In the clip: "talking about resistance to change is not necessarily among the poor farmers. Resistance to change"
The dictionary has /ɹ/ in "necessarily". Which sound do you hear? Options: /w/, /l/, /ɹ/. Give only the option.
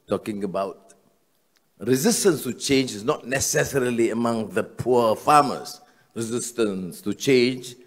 /ɹ/